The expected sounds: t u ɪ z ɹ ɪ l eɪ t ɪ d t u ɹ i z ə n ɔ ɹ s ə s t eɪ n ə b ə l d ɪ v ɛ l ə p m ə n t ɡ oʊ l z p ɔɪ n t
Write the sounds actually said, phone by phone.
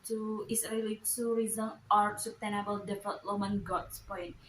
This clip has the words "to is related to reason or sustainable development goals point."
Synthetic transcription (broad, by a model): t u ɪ s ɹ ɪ l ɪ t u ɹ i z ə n ɔ ɹ s ə s t eɪ n ə b ə l d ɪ f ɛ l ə m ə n ɡ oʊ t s p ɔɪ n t